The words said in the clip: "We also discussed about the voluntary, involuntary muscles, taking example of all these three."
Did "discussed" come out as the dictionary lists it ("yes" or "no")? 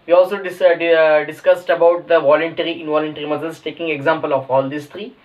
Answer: yes